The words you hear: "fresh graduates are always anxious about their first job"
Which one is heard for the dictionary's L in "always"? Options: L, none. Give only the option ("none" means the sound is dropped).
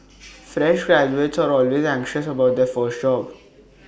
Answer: L